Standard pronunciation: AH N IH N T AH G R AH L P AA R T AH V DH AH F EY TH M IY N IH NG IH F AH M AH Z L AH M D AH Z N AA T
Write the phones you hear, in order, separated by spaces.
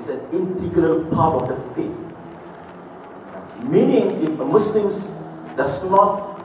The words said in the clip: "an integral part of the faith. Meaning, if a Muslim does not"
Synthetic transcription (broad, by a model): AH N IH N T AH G L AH P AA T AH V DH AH F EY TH M IY N IH NG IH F AH M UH S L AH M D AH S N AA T